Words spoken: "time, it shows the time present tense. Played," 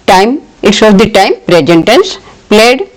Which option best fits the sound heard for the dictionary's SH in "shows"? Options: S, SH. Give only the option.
S